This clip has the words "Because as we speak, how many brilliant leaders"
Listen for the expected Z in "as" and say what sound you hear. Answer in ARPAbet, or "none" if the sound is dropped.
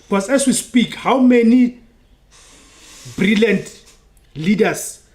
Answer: S